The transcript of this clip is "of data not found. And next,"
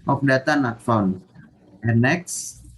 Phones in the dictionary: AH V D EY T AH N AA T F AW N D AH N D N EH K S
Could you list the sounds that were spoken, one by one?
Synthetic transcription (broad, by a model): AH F D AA T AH N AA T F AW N AH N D N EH K S